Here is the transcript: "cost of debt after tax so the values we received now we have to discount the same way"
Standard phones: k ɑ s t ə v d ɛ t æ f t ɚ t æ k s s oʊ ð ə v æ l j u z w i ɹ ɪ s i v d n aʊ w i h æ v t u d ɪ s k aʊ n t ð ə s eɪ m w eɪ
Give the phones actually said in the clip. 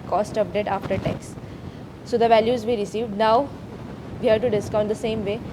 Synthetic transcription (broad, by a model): k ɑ s t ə p d ɛ t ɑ f t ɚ t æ k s s oʊ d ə v æ l j u z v i ɹ ɪ s i v d n aʊ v i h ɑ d t u d ɪ s k aʊ n t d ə s eɪ m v eɪ